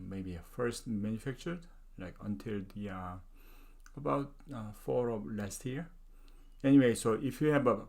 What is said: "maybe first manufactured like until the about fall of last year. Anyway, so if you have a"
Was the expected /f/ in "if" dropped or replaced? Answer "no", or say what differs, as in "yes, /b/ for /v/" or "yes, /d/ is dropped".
no